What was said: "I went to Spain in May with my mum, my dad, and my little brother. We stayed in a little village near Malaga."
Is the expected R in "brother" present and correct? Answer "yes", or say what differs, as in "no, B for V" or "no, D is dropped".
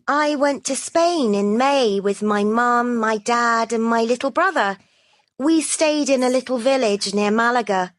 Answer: yes